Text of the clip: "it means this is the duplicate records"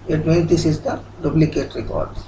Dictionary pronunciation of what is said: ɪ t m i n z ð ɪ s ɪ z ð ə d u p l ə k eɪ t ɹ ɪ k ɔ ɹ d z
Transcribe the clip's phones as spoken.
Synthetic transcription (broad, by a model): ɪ t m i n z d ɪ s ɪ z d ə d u b l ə k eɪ t ɹ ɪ k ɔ ɹ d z